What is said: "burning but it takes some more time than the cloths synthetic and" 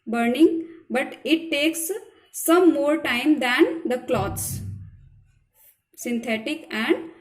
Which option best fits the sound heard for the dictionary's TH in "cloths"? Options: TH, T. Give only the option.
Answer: T